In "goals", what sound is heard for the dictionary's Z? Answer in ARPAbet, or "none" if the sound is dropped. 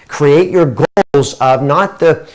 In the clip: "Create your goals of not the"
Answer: Z